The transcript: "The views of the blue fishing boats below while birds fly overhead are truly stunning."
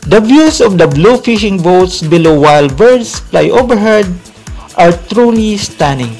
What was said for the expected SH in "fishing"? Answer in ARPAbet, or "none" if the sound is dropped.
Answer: SH